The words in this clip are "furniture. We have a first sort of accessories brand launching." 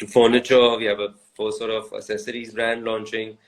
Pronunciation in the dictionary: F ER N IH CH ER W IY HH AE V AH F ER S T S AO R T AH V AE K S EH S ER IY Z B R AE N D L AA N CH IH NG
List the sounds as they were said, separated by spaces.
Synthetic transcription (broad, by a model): F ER N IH CH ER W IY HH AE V AH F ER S S AO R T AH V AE S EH S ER IY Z B R AE N D L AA N CH IH NG